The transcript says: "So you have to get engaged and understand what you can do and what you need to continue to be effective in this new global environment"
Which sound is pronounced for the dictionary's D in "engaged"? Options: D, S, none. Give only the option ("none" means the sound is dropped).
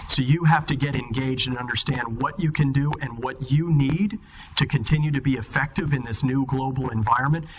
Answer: D